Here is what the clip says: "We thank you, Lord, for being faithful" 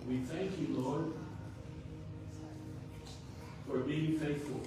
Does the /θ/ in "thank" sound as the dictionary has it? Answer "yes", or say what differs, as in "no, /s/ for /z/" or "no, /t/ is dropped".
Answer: yes